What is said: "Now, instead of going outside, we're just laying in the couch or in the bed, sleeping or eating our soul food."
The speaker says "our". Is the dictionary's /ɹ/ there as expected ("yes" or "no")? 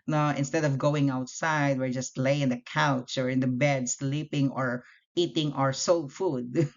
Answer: yes